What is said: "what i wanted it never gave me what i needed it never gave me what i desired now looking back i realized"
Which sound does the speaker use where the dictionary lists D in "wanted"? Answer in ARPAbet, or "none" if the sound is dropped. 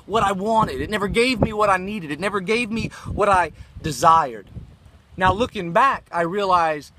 D